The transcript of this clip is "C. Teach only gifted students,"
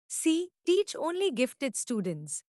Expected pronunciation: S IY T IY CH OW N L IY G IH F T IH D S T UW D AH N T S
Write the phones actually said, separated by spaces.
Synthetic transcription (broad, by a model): S IY T IY CH OW N L IY G IH F T IH D S T UW D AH N T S